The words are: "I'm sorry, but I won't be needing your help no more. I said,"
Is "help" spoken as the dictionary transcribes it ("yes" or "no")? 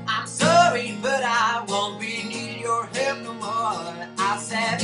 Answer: no